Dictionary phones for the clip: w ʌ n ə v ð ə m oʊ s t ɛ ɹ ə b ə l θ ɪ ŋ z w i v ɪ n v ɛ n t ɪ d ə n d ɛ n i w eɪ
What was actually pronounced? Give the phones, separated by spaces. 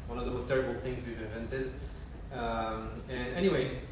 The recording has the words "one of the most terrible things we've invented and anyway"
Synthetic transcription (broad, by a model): w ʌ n ə v ð ə m oʊ s t ɛ ɹ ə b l θ ɪ ŋ z w i v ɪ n v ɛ n t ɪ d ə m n ɛ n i w eɪ